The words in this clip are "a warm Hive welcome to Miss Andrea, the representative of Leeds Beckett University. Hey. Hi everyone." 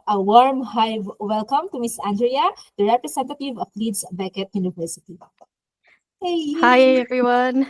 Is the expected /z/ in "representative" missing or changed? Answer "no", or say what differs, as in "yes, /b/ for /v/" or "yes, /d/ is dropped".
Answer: yes, /s/ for /z/